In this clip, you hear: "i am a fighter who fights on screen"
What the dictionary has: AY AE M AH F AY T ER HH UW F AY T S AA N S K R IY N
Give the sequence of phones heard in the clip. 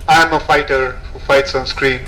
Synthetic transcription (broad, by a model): AY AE M AH F AY T ER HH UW F AY T S AA N S K R IY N